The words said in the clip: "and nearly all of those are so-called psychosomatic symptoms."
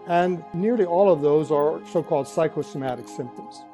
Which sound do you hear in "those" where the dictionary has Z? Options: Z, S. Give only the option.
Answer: Z